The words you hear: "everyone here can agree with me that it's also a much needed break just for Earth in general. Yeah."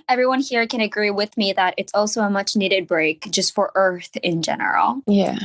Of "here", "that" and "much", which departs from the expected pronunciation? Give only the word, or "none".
none